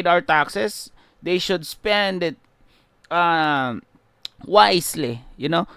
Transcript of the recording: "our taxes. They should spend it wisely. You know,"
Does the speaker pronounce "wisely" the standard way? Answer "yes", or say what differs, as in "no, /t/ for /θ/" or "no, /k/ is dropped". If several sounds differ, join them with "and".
no, /s/ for /z/